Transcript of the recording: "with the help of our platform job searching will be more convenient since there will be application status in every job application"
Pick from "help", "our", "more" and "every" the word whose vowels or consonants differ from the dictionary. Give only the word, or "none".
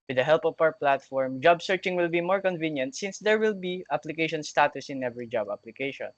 our